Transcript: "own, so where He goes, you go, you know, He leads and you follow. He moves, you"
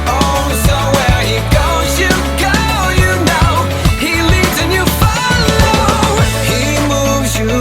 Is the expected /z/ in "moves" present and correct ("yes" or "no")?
yes